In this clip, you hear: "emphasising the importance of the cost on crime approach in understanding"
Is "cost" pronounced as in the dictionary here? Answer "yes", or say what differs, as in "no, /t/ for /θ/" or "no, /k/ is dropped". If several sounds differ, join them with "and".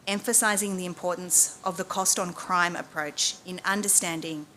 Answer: yes